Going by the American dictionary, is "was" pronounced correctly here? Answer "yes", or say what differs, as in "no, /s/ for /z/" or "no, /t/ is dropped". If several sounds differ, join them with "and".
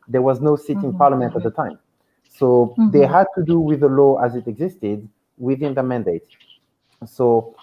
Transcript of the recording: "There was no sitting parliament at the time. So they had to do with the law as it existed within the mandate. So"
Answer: yes